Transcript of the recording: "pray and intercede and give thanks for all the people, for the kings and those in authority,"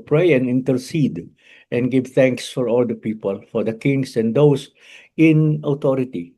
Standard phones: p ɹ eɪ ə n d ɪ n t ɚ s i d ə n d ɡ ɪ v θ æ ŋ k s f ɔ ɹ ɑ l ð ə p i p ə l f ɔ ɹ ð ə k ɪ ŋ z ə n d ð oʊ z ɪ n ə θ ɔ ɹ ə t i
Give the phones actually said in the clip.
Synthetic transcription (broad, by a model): p ɹ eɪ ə n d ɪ n t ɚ s i d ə n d ɡ ɪ v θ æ ŋ k s f ɔ ɹ ɑ l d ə p i p ə l f ɔ ɹ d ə k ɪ ŋ s ə n d oʊ s ɪ n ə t ɔ ɹ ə t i